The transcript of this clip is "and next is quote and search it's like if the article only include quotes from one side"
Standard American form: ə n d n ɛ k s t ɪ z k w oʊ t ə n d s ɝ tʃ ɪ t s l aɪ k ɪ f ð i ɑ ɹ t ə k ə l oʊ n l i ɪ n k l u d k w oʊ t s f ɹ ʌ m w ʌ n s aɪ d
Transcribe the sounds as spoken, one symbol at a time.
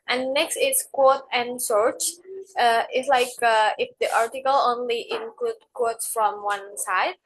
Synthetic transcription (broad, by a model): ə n n ɛ k s t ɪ s k w oʊ t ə n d s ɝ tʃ ɪ t s l aɪ k ɪ f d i ɑ ɹ t ə k ə l oʊ n l i ɪ n k l u d k w oʊ t s f ɹ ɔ m w ʌ n s aɪ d